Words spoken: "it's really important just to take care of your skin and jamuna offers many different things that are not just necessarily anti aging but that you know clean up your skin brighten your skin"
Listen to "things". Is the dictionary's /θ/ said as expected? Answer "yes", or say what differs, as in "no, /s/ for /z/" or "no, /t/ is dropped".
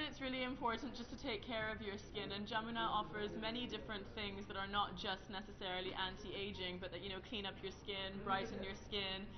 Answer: yes